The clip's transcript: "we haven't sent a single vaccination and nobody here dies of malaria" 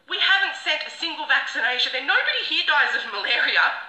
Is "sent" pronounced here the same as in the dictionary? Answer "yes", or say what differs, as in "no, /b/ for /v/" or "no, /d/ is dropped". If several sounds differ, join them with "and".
no, /n/ is dropped